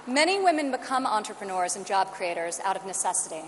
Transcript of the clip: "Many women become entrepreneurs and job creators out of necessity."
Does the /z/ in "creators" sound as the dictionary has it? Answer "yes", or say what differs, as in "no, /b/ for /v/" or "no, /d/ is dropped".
yes